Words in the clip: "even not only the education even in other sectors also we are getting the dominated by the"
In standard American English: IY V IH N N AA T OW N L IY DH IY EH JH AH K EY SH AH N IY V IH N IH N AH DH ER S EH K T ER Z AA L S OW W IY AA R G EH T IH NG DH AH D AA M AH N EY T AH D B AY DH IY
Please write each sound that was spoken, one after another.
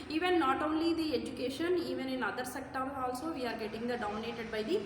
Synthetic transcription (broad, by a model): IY V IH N N AA T OW N L IY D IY EH JH AH K EY SH AH N IY V IH N IH N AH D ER S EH K T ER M AA L S OW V IY AA R G EH T IH NG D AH D AA M AH N EY T AH D B AY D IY